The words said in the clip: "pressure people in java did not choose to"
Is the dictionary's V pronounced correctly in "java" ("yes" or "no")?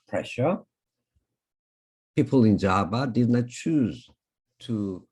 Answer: no